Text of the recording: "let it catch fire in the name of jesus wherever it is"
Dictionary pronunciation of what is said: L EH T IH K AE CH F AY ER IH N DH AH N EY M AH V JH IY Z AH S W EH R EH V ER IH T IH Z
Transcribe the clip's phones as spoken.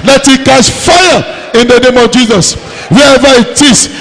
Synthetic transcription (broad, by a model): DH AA T IH K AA S F AY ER IH N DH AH N EY M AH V JH IY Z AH S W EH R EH V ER IH T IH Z